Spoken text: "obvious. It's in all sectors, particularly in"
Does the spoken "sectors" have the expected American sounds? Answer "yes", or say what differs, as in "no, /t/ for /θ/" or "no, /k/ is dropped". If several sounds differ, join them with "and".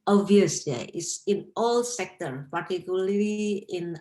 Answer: no, /z/ is dropped